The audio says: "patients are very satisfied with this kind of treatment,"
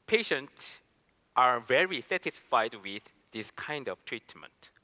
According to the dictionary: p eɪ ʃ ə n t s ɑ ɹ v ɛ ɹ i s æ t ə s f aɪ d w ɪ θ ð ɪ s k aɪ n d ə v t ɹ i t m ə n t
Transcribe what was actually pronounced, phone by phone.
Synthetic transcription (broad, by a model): p eɪ ʃ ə n t s ɑ ɹ v ɛ ɹ i s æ t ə s f aɪ d w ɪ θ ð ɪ s k aɪ n d ə v t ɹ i t m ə n t